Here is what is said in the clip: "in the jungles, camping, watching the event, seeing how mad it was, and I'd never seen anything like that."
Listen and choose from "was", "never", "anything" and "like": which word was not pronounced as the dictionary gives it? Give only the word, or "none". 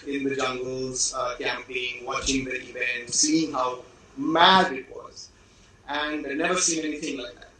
none